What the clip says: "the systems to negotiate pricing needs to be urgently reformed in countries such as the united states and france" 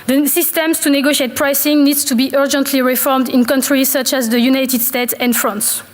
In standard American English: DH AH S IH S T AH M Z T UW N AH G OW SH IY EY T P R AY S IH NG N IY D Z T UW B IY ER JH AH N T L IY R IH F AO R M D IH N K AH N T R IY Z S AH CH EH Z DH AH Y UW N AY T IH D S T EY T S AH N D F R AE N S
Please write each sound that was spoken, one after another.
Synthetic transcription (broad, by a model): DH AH S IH S T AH M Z T UW N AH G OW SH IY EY T P R AY S IH NG N IY D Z T UW B IY ER JH AH N T L IY R IH F AO R M D IH N K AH N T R IY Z S AH CH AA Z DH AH Y UW N AY T IH D S T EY T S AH N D F R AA N S